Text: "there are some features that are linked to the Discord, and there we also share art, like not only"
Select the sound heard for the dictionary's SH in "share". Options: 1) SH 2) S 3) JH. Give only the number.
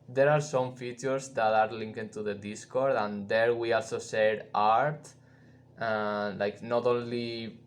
2